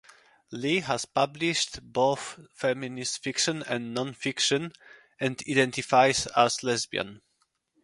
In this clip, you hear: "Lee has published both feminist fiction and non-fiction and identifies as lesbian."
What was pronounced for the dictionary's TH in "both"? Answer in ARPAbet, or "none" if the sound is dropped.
TH